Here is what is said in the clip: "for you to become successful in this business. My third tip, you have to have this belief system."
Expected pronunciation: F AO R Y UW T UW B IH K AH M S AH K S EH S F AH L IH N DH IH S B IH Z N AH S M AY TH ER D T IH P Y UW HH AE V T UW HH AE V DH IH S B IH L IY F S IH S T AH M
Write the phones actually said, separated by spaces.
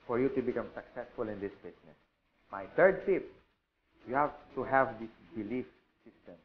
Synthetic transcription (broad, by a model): F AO R Y UW T UW B IH K AH M S AH K S EH S F AH L IH N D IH S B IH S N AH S M AY T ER D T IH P Y UW HH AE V T UW HH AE V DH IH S B IH L IY F S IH S T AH M